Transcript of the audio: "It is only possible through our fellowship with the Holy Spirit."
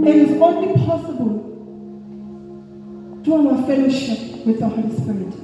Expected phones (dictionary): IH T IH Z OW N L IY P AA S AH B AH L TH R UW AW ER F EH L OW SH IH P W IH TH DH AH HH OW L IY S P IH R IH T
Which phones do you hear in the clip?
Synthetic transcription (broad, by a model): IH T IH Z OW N IY P AA S AH B AH L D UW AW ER F EH L OW SH IH P W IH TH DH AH HH OW L IY S P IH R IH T